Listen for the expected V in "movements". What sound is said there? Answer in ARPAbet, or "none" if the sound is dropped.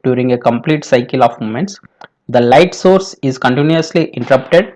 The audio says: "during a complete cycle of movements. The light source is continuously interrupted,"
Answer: none